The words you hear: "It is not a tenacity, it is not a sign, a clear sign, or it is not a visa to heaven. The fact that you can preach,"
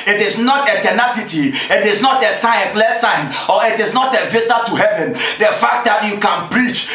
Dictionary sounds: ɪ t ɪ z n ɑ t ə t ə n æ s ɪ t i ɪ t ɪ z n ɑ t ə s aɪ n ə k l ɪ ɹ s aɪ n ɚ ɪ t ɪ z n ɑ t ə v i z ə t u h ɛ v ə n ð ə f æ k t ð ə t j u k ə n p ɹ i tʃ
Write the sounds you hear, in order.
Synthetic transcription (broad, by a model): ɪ t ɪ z n ɑ t ə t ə n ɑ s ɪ t i ɪ t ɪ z n ɑ t ə s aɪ ə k l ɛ s aɪ n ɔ ɪ t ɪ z n ɑ t ə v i s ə t u h ɛ v ə n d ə f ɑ k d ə t j u k ə n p ɹ i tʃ